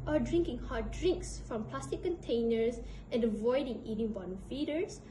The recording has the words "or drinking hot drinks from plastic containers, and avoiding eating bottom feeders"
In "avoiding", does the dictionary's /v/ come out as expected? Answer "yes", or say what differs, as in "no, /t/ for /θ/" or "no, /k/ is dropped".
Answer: yes